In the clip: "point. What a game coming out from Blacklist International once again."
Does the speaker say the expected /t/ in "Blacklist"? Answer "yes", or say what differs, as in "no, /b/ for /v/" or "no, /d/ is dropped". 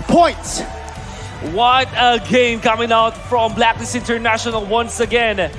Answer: no, /t/ is dropped